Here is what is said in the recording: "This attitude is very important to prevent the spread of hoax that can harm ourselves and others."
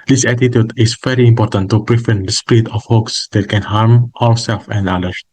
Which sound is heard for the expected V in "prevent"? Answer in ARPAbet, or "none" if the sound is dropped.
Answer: F